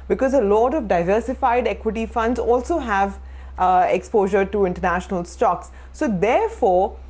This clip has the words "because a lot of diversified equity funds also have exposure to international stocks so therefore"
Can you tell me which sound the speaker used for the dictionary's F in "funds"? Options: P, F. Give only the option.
F